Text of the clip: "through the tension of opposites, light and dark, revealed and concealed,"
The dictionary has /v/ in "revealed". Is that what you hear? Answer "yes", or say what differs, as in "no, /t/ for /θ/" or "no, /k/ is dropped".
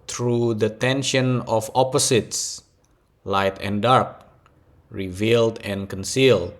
yes